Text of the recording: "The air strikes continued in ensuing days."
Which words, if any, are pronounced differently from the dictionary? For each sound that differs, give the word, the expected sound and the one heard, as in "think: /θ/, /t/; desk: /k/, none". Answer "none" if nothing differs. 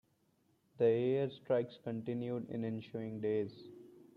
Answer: ensuing: /s/, /ʃ/